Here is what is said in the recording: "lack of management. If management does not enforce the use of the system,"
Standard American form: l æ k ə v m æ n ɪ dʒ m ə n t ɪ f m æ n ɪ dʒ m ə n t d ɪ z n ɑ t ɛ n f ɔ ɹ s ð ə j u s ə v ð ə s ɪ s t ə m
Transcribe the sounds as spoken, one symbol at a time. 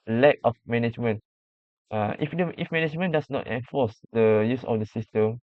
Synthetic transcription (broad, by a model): l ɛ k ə f m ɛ n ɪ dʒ m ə n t ɪ f m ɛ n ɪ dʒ m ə n d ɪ s n ɑ t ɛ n f ɔ s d ə j u s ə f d ə s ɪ s t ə m